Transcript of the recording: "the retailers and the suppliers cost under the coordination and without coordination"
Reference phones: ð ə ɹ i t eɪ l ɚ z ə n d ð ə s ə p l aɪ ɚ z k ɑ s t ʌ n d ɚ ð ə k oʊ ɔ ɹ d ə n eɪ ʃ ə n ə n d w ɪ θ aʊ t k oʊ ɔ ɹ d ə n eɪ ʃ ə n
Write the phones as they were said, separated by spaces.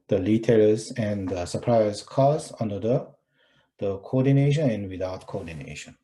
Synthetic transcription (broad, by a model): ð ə l i t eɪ l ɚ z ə n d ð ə s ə p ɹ aɪ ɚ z k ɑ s ʌ n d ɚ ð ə k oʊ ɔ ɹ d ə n eɪ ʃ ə n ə n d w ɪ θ aʊ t k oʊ ɔ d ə n eɪ ʃ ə n